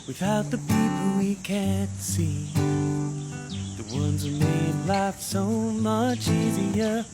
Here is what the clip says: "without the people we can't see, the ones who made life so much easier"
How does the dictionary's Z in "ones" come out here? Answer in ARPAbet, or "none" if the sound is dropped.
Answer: Z